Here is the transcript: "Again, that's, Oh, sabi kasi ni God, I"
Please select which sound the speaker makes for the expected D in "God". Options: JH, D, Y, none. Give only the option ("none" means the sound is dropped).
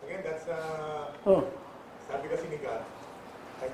none